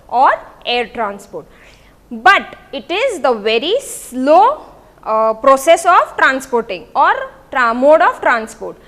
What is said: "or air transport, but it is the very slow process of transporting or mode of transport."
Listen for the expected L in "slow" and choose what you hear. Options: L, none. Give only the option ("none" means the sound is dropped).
L